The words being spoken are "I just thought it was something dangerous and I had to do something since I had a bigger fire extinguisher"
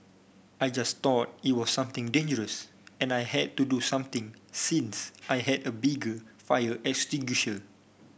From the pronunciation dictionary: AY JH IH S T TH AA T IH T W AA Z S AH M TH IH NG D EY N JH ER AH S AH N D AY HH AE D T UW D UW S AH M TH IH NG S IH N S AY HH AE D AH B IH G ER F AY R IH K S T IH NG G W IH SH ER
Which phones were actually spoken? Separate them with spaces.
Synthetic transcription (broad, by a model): AY JH IH S T AA T IH T W AA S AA M T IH NG D EY N JH ER AH S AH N AY HH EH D T UW D UW S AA M T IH NG S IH N S AY HH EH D AH B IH G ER F AY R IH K S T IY G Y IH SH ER